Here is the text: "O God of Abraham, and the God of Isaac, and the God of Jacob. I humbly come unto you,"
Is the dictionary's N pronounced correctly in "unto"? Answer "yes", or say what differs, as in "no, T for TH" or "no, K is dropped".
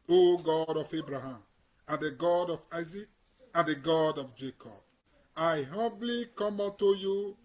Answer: no, N is dropped